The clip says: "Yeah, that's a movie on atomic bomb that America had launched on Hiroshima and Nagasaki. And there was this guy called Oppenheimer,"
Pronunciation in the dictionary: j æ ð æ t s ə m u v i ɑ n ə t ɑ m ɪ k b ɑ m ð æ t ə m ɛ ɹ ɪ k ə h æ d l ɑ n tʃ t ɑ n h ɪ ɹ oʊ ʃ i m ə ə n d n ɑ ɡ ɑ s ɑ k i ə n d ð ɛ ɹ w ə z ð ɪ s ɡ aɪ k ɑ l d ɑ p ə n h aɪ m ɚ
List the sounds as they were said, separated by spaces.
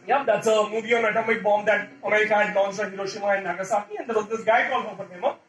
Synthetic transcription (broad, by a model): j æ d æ t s ə m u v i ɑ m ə t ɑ m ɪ k b ɑ m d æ t ə m ɛ ɹ ɪ k ə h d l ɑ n s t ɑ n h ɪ ɹ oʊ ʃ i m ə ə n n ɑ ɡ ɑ s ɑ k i ə n d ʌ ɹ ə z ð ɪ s ɡ aɪ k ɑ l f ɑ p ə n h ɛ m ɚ